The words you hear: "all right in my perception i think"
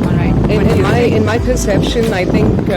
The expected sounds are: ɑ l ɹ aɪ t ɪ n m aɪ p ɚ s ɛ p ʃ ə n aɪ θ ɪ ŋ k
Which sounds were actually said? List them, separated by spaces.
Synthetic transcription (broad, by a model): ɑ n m aɪ ɪ n m aɪ p ɚ s ɛ p ʃ ə n aɪ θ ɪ ŋ k